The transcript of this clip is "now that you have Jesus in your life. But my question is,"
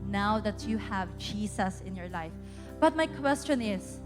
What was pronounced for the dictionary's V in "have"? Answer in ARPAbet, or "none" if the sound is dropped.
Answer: V